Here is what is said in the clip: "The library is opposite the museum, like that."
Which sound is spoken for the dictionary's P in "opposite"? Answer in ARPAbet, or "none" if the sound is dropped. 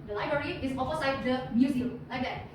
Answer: F